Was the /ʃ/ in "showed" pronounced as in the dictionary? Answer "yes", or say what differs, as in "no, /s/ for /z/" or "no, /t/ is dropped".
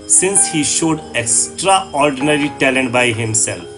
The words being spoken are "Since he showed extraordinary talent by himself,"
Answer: yes